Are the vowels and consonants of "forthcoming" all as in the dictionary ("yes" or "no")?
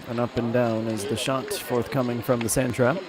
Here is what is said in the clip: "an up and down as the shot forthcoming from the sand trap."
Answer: yes